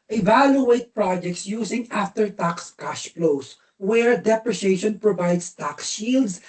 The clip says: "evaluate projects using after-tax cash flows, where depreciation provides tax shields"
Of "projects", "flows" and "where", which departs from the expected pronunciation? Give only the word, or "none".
flows